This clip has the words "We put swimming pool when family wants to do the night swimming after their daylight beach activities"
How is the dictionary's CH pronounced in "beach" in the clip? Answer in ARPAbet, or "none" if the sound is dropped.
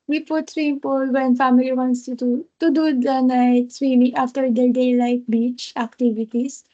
CH